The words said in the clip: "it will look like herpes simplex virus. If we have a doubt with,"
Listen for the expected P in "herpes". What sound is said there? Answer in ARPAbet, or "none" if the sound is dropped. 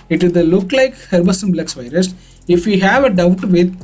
B